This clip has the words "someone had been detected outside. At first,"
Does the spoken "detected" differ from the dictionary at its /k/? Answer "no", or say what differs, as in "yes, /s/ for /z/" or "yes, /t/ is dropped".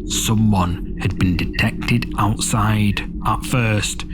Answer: no